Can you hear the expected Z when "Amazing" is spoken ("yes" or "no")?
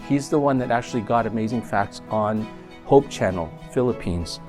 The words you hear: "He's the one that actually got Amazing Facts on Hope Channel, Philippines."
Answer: yes